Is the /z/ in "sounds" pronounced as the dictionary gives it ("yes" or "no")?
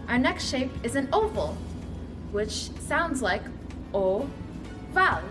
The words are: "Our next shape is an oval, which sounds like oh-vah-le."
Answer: yes